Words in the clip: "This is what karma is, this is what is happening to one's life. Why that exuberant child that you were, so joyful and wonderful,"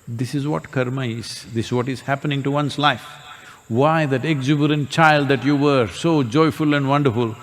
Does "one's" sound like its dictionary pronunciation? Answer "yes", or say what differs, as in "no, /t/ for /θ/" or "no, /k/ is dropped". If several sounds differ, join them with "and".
no, /s/ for /z/